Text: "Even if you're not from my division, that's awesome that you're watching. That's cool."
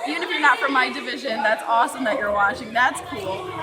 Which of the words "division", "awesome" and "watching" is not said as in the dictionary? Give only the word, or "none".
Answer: none